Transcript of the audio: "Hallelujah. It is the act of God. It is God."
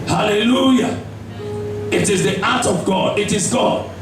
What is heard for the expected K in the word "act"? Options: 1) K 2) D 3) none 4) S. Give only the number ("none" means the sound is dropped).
3